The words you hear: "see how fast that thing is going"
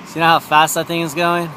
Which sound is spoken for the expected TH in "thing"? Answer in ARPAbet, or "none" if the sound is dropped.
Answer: TH